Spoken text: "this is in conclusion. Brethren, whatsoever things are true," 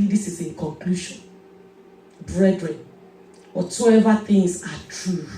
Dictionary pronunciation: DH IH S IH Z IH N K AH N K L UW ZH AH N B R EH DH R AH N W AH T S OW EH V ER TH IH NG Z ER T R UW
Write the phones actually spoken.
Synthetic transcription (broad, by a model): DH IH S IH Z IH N K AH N K L UW SH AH N B R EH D R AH N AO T UW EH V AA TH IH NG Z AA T R UW